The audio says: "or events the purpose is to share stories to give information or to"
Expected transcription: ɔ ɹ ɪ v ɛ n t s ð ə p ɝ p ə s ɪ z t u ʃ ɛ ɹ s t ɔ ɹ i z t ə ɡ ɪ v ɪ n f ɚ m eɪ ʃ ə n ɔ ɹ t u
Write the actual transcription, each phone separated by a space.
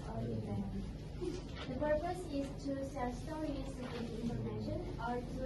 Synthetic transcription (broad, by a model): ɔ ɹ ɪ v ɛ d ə p ɝ p ə s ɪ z t u s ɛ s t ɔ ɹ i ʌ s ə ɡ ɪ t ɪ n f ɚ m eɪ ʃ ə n ɔ ɹ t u